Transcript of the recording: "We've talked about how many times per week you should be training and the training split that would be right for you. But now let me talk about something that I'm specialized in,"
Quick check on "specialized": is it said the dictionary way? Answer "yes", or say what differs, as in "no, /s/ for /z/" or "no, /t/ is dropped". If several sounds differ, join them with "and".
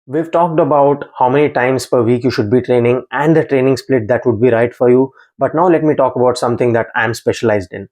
yes